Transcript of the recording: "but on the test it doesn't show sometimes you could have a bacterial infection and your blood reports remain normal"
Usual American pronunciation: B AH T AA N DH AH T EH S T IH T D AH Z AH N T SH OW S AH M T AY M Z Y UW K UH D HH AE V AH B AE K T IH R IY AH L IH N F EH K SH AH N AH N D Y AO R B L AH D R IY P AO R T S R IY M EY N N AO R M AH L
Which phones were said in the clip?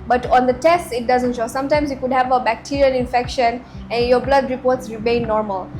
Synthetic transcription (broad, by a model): B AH T AA N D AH T EH S T IH T D AH Z AH N T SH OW S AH M T AY M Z Y UW K UH D HH AE V AH B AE K T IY R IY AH N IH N F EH K SH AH N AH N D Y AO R B L AH D R IY P AO R T S R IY M EY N N AO R M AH L